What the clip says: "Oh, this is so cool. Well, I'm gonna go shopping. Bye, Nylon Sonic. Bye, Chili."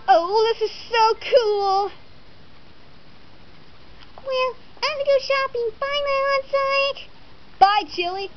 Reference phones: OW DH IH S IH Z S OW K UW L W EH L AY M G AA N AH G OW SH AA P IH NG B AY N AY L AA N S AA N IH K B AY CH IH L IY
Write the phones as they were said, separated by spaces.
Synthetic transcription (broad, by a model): OW DH IH S IH Z S OW K UW L W EH L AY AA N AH G OW SH AA P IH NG B AY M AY AA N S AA IH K B AY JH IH L IY